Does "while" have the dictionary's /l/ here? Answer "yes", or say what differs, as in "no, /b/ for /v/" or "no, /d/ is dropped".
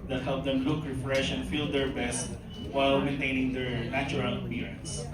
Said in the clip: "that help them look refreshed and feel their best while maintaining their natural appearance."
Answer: yes